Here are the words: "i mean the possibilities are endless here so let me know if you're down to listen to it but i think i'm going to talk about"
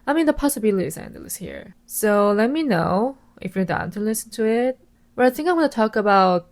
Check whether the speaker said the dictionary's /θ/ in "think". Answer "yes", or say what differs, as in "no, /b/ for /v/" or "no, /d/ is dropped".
yes